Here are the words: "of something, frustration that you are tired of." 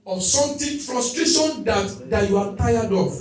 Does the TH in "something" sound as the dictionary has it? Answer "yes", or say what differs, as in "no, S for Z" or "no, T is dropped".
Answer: no, T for TH